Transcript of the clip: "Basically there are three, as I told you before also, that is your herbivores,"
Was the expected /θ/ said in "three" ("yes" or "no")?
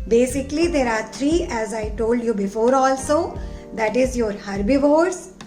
no